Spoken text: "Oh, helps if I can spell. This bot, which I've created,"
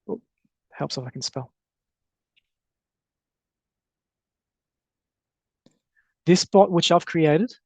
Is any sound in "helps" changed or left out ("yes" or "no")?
no